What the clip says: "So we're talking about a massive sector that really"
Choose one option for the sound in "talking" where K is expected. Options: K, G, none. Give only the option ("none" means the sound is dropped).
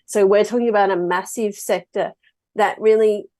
K